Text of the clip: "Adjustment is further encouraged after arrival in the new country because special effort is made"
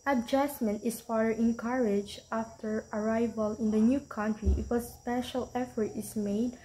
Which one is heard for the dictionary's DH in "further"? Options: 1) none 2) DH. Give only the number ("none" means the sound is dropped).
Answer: 1